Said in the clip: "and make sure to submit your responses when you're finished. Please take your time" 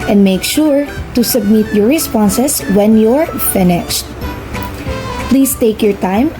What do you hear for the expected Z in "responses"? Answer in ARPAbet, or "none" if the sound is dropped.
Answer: S